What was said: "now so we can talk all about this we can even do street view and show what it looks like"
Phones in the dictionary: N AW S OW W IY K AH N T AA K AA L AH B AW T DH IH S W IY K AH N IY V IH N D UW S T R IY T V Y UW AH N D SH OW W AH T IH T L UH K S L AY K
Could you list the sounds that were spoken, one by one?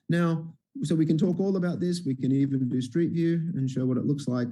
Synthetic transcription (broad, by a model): N AW S OW W IY K AH N T AA K AA L AH B AW T DH IH S W IY K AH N IY V IH N D UW S T R IY T V Y UW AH N SH OW W AH T IH T L UH K S L AY K